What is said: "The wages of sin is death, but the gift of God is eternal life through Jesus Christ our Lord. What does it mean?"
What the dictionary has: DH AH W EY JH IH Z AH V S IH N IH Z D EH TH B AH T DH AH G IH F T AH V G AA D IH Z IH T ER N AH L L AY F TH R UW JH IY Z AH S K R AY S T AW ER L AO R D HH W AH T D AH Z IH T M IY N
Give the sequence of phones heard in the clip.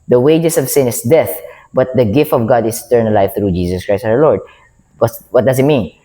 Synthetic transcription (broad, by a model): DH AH W EY JH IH S AH V S IH N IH S D EH TH B AH T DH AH G IH F T AH V G AA D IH S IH T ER N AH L L AY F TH R UW JH IY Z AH S K R AY S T AW ER L AO R D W W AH T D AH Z IH T M IY N